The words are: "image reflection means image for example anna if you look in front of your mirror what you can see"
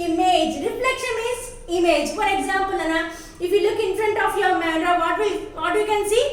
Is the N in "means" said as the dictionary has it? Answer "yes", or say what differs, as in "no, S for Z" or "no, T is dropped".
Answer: no, N is dropped